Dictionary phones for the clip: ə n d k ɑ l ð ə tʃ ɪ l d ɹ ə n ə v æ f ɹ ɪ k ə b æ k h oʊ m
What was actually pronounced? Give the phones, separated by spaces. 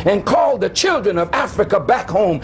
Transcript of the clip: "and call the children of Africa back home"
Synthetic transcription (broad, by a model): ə n k ɑ l ð ə tʃ ɪ l d ɹ ə n ə v æ f ɹ ɪ k ə b æ k h oʊ m